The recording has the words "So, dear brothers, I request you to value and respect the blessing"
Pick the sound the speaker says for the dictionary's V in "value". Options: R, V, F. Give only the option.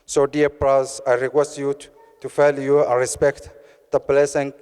F